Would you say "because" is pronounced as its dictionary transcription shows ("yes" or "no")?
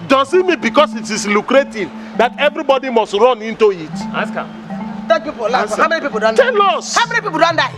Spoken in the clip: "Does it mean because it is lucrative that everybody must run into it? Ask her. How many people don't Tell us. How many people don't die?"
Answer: no